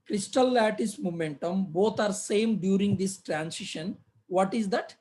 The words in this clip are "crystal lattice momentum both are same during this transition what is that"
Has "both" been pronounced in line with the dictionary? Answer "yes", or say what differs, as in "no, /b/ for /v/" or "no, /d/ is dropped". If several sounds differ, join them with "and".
no, /t/ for /θ/